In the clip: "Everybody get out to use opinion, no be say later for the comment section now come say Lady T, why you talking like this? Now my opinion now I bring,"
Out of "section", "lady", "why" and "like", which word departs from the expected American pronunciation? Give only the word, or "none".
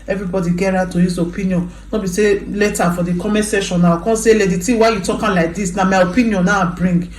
section